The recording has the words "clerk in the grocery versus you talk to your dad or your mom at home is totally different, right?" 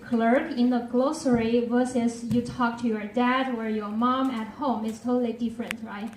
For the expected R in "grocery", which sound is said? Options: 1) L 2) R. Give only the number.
1